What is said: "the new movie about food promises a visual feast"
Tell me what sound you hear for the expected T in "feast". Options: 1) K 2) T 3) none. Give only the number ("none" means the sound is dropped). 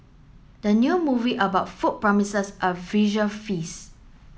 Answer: 3